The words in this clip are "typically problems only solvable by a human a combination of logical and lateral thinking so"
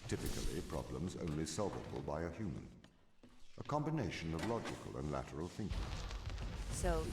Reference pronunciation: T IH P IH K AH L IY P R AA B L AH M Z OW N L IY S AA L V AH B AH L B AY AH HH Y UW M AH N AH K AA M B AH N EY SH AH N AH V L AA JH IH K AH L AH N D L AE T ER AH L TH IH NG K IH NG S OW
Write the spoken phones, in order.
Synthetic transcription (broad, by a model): T IH P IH K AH L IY P R AA B L AH M Z OW N L IY S AA L V AH B AH L B AY AH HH Y UW M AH N AH K AA M B AH N EY SH AH N AH V L AA JH IH K AH L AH N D L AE T ER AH L TH IH NG K IH NG S OW